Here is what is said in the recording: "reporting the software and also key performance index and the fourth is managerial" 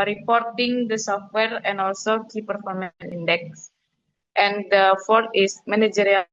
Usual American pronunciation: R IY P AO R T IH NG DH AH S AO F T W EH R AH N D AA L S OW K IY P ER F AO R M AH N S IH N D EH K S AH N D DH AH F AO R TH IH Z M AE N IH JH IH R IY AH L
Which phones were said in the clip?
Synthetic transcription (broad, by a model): R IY P AO R T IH NG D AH S AO F T W EH R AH N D AA L S OW K IY P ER F AO R M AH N IH N D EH K S AH N D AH F AO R T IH S M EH N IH JH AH R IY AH